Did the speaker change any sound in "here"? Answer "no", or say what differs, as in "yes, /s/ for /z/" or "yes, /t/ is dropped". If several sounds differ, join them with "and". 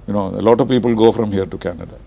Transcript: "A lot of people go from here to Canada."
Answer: no